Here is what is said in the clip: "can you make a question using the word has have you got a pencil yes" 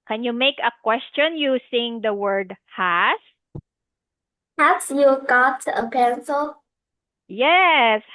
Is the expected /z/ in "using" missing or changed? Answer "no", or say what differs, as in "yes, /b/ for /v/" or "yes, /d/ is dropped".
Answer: yes, /s/ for /z/